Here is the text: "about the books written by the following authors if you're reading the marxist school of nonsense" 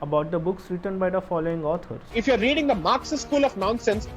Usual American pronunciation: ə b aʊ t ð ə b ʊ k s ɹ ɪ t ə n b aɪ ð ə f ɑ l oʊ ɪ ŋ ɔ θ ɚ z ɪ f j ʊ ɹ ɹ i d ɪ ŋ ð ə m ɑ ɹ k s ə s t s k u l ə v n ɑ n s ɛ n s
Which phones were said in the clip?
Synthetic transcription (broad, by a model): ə b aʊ t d ə b ʊ k s ɹ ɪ t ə n b aɪ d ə f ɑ l oʊ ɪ ŋ ɔ t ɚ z ɪ f j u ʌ ɹ i d ɪ ŋ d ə m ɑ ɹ k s s s k u l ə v n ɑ n s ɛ n s